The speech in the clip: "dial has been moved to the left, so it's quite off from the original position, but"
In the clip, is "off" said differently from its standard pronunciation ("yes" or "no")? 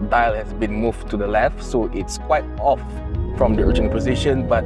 no